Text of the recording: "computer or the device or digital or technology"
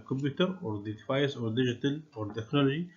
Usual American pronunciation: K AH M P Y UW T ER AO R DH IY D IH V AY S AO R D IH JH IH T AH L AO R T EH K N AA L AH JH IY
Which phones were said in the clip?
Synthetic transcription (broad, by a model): K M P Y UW T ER AO R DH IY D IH F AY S AO R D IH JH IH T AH L AO R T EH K N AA L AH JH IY